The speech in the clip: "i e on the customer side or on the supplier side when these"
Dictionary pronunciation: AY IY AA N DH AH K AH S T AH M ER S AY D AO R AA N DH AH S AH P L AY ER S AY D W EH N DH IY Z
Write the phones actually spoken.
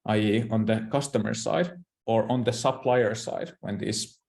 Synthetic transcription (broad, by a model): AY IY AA N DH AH K AH S T AH M ER S AY D AO R AA N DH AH S AH P L AY ER S AY D W EH N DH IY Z